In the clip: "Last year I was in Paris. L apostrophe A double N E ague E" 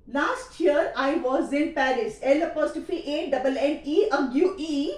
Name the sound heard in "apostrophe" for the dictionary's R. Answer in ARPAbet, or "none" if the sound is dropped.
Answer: none